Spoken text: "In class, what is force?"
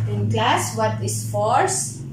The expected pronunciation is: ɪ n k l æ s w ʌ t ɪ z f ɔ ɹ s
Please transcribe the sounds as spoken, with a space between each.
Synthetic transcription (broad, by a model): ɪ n k l æ s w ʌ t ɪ s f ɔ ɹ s